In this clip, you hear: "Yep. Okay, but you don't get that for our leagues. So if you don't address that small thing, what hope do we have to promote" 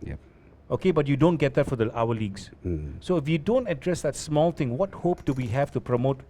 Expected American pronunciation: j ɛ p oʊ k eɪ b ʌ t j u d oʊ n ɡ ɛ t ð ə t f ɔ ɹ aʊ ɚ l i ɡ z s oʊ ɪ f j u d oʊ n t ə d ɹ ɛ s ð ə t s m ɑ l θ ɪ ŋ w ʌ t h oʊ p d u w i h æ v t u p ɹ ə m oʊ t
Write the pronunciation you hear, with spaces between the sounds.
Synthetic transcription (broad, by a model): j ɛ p oʊ k eɪ b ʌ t j u d oʊ n ɡ ɛ t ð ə t f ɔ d aʊ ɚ l i ɡ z s oʊ ɪ f j u d oʊ n t ə d ɹ ɛ s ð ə t s m ɑ l t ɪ ŋ w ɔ t h oʊ p d u w i h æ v t u p ɹ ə m oʊ t